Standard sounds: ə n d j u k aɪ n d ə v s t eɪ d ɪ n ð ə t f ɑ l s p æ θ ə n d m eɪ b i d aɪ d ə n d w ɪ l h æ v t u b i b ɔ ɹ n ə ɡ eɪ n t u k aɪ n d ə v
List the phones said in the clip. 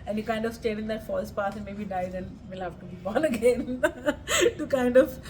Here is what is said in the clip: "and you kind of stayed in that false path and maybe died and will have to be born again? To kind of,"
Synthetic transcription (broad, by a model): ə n j u k aɪ n d ə v s t eɪ d ɪ n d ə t f ɑ l s p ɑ s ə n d m eɪ b i d aɪ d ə n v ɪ l h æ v t u b i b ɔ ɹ n ə ɡ eɪ n t u k aɪ n d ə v